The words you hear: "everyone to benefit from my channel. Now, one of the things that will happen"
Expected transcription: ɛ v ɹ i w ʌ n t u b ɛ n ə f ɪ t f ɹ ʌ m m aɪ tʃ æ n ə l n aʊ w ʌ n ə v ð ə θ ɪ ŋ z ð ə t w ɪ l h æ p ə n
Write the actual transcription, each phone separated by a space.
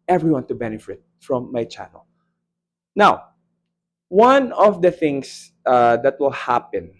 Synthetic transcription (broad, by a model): ɛ v ɹ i w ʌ n t u b ɛ n ə f ɪ t f ɹ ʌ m m aɪ tʃ æ n ə l n aʊ w ʌ n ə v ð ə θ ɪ ŋ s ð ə t w ɪ l h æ p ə n